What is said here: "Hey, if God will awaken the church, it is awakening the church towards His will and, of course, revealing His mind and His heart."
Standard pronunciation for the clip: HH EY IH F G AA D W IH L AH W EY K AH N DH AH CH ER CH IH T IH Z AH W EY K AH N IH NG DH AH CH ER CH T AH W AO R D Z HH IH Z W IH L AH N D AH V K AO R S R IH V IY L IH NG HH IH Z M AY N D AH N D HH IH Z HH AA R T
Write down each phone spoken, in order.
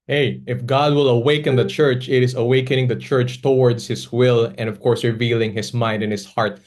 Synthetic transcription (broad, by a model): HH EY IH F G AA D W IH L AH W EY K AH N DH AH CH ER CH IH T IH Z AH W EY K AH N IH NG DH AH CH ER CH T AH W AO R D S HH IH S W IH L AH N D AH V K AO R S R IH V IY L IH NG HH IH S M AY N D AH N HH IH S HH AA R T